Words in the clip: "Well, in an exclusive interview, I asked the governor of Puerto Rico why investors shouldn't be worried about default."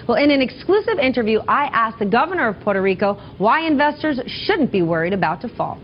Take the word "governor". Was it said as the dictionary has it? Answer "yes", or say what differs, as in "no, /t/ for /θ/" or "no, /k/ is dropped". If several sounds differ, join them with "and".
yes